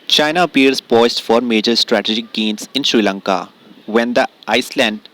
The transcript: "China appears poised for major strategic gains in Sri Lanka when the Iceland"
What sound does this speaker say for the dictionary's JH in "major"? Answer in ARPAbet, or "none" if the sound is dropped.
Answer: JH